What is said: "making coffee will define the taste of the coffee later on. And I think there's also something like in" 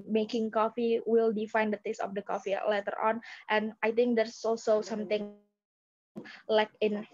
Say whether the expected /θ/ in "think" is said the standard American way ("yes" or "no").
no